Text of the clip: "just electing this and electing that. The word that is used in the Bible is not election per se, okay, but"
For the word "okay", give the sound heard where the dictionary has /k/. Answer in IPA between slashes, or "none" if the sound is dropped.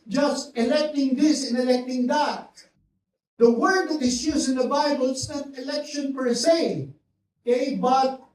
none